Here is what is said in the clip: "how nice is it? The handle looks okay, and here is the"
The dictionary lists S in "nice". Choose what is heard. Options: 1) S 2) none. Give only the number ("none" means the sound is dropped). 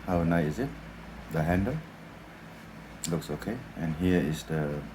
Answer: 2